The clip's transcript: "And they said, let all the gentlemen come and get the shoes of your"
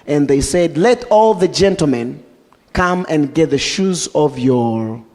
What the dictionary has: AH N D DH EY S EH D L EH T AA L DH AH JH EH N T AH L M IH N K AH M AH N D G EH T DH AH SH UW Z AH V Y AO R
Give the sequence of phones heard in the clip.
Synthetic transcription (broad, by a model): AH N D DH EY S EH D L EH T AA L DH AH JH EH N T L M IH N K AH M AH N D G EH T DH AH SH UW Z AH V Y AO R